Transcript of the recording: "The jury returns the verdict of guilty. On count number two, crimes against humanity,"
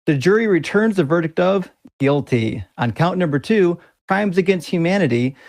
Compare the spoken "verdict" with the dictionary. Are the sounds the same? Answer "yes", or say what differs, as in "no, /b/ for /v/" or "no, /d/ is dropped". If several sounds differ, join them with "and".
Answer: yes